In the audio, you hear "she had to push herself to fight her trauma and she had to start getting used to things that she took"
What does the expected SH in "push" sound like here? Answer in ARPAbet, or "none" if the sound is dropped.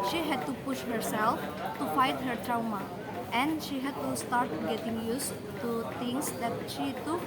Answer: SH